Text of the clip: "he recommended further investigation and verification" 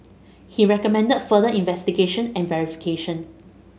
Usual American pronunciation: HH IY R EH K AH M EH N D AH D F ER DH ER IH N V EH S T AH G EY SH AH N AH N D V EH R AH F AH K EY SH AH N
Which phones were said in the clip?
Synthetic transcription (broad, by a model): HH IY R EH K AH M EH N D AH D F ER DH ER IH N V EH S T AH G EY SH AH N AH N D V EH R AH F AH K EY SH AH N